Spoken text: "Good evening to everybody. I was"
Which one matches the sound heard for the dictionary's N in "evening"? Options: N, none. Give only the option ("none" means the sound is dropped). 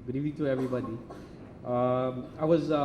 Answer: none